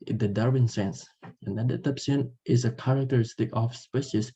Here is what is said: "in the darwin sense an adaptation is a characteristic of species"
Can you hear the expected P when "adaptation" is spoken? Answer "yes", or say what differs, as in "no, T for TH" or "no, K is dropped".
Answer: no, P is dropped